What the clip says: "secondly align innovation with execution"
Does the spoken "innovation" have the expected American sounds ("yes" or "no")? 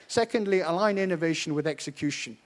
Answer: yes